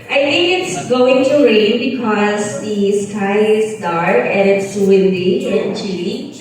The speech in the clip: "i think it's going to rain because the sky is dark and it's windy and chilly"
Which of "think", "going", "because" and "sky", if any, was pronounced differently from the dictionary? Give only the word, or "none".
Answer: think